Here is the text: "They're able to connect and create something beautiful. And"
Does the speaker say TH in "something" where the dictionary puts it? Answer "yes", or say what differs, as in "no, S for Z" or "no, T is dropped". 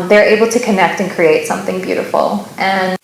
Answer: yes